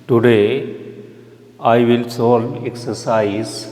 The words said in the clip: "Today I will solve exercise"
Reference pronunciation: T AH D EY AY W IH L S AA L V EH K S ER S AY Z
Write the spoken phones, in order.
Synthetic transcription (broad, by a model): T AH D EY AY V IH L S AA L EH K S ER S AY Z